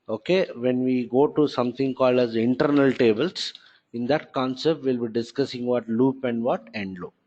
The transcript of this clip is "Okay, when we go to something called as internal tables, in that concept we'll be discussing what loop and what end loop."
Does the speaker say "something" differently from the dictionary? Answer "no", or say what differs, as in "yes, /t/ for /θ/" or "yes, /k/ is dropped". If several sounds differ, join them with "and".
yes, /t/ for /θ/